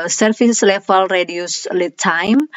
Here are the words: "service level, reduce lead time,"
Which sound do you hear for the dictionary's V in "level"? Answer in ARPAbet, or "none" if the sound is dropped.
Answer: F